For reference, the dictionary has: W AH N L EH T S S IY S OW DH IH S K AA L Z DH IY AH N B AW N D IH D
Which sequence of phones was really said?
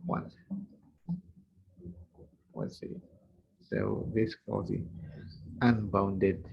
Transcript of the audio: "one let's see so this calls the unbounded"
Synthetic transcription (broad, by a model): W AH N W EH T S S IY S OW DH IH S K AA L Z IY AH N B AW N D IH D